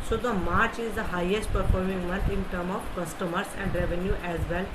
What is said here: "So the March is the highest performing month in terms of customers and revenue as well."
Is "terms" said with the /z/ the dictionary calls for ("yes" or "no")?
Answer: no